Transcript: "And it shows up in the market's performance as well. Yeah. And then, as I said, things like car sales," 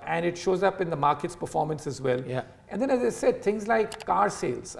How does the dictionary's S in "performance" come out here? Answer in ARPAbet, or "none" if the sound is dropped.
S